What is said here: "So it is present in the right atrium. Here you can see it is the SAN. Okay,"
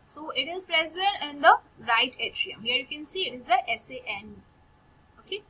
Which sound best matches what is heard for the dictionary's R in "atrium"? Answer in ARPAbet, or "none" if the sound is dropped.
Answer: R